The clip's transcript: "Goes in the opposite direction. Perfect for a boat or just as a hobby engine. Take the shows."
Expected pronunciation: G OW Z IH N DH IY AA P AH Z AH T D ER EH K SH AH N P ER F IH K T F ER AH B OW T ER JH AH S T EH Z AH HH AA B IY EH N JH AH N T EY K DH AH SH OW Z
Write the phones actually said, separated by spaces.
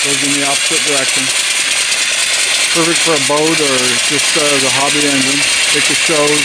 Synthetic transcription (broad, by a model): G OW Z IH N DH IY AA P AH Z AH T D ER EH K SH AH N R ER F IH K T F ER AH B OW T ER JH AH S T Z AH HH AA B IY EH N JH AH N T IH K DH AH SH OW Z